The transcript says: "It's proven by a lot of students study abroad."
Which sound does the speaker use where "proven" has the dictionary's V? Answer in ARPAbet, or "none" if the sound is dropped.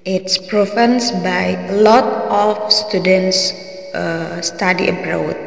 F